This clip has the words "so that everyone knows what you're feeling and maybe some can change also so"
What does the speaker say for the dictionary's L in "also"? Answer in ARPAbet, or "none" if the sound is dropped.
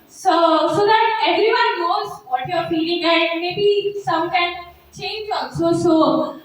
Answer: N